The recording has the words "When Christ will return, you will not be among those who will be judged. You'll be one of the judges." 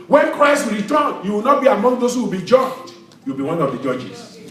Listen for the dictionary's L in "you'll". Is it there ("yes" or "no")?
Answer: no